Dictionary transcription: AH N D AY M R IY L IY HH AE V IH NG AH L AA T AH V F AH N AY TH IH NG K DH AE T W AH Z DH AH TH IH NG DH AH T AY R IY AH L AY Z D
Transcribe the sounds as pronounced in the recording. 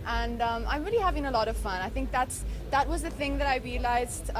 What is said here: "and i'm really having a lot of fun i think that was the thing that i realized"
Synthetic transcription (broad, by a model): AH N D AY M R IY L IY HH AE V IH NG AH L AA T AH V F AH N AY TH IH NG K DH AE T W AH Z DH AH TH IH NG DH AH T AY R IY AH L AY Z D